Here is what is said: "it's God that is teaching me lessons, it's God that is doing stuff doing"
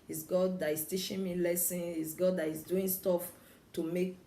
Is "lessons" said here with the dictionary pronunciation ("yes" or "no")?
no